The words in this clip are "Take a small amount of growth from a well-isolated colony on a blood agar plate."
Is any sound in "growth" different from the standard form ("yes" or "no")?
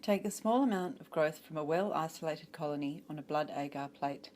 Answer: no